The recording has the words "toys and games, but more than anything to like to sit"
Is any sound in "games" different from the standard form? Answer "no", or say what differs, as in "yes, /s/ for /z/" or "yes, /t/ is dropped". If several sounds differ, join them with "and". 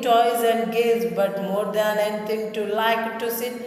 yes, /m/ is dropped